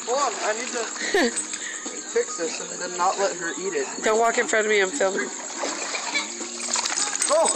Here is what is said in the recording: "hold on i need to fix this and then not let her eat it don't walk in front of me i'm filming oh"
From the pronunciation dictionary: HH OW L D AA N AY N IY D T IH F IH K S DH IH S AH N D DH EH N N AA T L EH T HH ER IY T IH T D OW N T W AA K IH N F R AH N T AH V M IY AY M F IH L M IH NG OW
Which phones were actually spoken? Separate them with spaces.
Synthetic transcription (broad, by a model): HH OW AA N AY N IY D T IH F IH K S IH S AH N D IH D N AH T L EH T HH ER IY T IH T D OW N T W AA K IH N F R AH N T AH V M IY AY M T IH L IH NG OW